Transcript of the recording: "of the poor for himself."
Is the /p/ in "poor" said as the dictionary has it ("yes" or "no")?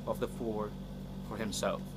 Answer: no